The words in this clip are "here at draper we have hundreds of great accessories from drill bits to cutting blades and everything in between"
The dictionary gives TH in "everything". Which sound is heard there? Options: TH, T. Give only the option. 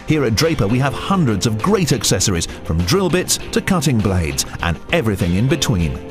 TH